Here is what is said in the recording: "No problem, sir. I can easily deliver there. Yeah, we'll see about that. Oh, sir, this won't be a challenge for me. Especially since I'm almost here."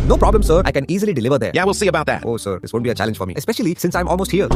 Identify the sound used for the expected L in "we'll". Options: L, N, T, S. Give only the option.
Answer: L